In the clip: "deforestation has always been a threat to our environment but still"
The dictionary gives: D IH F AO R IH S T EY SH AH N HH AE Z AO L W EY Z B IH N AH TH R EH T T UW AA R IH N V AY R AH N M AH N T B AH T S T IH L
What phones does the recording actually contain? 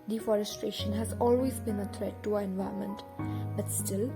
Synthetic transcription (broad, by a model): D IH F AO R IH S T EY SH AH N HH AE Z AO L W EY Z B IH N AH T R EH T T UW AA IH N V AY AH M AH N T B AH T S T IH L